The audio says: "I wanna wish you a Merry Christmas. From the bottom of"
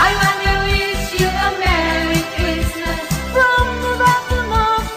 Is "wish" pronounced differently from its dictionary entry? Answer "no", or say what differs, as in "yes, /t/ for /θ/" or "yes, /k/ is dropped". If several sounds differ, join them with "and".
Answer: yes, /s/ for /ʃ/